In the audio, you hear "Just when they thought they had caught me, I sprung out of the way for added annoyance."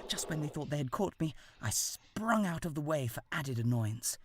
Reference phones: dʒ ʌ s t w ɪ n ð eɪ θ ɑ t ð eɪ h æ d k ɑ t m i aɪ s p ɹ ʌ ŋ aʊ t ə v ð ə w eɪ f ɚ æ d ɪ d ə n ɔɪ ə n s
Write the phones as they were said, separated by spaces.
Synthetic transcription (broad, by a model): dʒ ʌ s t w ɪ n ð eɪ θ ɑ t ð eɪ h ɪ d k ɑ t m i aɪ s p ɹ ʌ ŋ aʊ t ə v ð ə w eɪ f ɚ æ d ɪ d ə n ɔɪ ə n s